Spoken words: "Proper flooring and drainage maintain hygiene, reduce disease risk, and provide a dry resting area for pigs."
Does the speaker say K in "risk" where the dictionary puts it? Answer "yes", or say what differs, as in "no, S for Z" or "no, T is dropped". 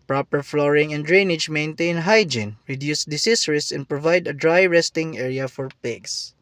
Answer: no, K is dropped